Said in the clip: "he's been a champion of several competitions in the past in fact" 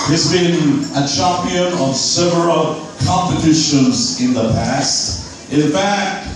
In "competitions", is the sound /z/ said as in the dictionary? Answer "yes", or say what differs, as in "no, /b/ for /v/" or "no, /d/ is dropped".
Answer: yes